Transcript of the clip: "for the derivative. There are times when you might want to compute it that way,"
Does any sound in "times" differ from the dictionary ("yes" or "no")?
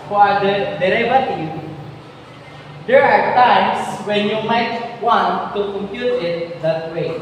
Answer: yes